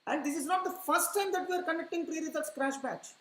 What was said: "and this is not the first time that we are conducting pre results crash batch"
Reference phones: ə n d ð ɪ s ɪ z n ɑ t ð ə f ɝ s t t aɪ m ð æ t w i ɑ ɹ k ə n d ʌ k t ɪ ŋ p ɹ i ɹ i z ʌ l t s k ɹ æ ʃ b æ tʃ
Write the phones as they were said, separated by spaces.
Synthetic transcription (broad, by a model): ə n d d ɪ s ɪ z n ɑ t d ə f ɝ s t t aɪ m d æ t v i ɑ ɹ k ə n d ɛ k t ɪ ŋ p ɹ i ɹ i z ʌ t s k ɹ æ ʃ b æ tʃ